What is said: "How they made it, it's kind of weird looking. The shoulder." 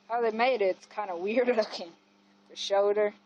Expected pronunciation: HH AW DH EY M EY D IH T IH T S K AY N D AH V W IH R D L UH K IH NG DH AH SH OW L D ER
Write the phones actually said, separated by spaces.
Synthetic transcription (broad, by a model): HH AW DH EY M EY IH T IH T S K AY N D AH W IH R D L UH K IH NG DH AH SH OW D ER